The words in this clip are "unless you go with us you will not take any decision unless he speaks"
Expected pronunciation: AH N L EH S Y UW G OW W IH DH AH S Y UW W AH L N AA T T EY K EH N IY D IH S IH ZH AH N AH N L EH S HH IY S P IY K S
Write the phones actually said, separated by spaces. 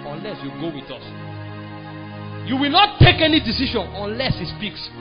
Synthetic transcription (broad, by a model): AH N L EH S Y UW G OW W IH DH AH S Y UW W AH L N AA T T EY K EH N IY D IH S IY SH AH N AH N L EH S HH IY S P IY K S